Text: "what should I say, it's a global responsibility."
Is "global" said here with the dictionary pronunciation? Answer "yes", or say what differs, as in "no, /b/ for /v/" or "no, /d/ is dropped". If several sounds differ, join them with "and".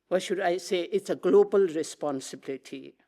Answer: yes